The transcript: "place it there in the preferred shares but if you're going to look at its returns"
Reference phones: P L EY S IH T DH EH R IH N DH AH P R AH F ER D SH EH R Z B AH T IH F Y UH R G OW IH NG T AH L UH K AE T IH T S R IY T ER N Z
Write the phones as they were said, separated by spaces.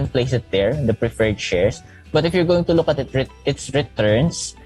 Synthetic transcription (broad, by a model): P L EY S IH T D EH R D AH P R AH F ER D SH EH R S B AH T IH F Y UH R G OW IH NG T AH L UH K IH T IH T S R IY T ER N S